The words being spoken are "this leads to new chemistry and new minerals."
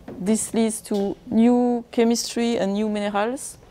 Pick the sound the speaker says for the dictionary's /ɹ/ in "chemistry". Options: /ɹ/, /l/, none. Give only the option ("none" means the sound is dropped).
/ɹ/